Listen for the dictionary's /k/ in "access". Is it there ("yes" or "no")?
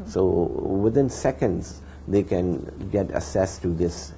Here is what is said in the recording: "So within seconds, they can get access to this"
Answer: no